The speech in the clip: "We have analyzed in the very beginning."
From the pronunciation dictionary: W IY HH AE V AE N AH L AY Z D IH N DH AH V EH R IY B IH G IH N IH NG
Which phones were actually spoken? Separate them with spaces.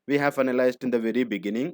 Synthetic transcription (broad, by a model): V IY HH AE V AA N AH L AY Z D IH N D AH V EH R IY B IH G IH N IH NG